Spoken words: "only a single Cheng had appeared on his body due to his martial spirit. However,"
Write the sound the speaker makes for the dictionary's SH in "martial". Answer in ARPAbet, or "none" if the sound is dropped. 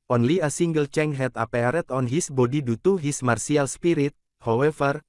S